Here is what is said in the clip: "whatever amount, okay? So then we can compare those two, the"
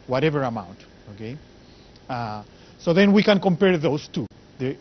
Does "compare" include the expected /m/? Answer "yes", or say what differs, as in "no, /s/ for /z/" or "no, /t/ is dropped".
yes